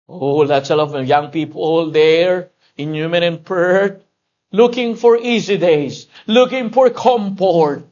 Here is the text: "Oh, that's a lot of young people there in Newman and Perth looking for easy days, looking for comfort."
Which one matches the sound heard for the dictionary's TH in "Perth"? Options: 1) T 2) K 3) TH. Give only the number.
1